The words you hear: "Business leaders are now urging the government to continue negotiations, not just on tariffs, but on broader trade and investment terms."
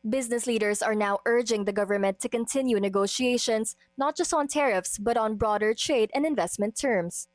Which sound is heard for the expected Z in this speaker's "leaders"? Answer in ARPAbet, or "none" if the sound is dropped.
S